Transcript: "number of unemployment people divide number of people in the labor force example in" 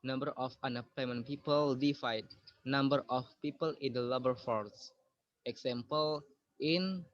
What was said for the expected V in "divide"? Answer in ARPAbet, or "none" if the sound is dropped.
F